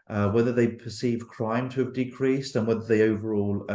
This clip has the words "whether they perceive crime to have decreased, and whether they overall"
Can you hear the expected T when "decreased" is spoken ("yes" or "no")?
yes